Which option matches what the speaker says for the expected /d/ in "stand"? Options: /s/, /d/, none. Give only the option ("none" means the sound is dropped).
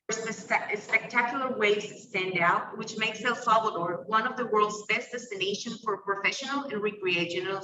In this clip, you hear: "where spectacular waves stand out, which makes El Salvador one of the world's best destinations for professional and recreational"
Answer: /d/